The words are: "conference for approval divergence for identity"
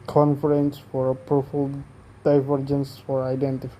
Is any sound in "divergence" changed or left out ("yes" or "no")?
no